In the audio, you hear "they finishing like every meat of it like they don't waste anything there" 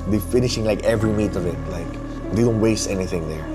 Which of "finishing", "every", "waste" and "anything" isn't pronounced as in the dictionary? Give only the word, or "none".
none